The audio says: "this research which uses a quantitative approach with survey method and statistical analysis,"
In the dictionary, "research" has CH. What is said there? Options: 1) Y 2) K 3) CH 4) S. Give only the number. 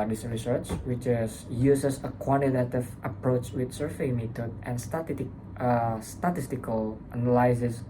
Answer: 3